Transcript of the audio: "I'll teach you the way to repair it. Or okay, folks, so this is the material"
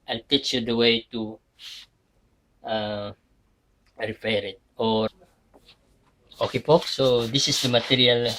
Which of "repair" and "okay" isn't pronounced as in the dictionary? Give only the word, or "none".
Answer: repair